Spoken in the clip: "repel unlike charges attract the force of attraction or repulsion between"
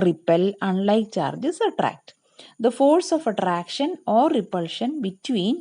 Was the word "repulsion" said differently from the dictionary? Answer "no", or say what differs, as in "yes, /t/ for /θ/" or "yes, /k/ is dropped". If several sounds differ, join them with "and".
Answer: no